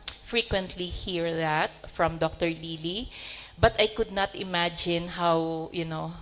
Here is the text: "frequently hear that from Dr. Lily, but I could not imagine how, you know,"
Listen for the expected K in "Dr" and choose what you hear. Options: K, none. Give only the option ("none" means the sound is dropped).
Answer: K